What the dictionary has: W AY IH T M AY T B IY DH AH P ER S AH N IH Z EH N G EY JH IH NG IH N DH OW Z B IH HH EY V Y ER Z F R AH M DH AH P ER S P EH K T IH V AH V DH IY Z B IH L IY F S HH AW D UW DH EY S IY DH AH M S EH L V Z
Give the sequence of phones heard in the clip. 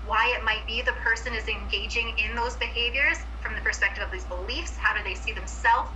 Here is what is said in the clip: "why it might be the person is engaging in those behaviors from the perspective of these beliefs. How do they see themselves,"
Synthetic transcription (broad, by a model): W AY IH T M AY T B IY DH AH P ER S AH N IH Z EH N G EY JH IH NG IH N DH OW Z B IH HH EY V Y ER Z F R AH M DH AH P ER S P EH K T IH V AH V DH IY Z B IH L IY F S HH AW D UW DH EY S IY DH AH M S EH L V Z